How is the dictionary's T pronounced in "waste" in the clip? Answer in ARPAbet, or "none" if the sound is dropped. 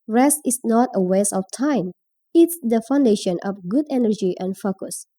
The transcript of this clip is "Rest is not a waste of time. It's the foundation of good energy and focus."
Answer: none